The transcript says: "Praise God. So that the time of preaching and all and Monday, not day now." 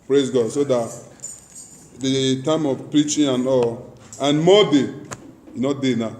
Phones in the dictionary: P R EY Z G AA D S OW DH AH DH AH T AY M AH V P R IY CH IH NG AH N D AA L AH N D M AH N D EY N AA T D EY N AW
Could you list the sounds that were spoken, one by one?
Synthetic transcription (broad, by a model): P R EY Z G AA D S OW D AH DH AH T AY M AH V P R IY CH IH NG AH N AA L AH N M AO D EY N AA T D EY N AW